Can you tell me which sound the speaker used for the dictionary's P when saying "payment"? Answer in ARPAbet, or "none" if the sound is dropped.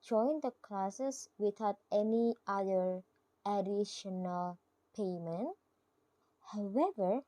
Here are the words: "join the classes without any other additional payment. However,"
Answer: P